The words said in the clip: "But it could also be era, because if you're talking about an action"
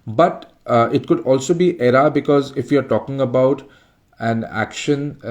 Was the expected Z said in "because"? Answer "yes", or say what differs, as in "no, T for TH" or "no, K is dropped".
yes